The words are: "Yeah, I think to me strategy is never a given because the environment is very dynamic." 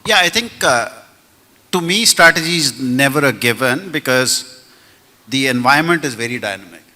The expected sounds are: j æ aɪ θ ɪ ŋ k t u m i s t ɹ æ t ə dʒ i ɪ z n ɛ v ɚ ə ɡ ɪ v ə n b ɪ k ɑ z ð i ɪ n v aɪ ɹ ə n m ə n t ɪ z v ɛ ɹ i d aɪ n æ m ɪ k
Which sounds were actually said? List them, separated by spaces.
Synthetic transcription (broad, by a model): j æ aɪ t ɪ ŋ k t u m i s t ɹ æ t ə dʒ i z n ɛ v ɚ ə ɡ ɪ v ə n b ɪ k ɑ z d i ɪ n v aɪ ə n m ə n t ɪ z v ɛ ɹ i d aɪ n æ m ɪ k